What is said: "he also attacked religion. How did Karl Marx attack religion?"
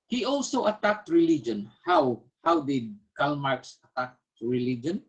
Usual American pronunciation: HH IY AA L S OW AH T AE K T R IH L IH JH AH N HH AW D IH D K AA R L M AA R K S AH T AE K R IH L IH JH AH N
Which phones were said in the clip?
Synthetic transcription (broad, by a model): HH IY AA L S OW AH T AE K T R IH L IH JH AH N HH AW D IH D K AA L M AA R K S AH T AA K R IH L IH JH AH N